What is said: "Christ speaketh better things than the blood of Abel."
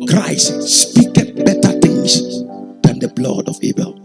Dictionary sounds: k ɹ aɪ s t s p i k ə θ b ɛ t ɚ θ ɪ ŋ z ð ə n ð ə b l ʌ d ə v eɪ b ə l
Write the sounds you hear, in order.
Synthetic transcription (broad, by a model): k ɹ aɪ s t s p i k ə t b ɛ t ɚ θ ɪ ŋ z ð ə n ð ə b l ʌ d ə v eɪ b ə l